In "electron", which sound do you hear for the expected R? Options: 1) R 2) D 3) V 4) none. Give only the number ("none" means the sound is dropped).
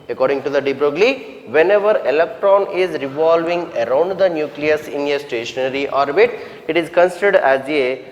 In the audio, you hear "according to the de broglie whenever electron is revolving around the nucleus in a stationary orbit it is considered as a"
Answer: 1